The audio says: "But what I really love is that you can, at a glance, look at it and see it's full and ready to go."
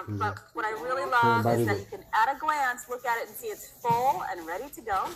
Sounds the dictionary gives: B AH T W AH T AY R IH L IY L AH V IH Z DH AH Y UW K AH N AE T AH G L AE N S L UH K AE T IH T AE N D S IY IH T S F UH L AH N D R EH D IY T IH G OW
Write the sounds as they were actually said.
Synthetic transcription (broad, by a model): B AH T W AH T AY R IH L IY L AH B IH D DH AH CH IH K AH N AE T AH G L AE N S L UH K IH T IH T N S IY IH T S F UH L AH N R EH D IY T IH G OW